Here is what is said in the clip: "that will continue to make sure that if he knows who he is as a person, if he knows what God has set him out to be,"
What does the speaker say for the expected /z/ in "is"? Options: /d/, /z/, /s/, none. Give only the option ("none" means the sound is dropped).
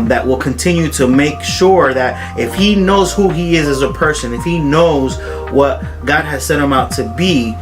/z/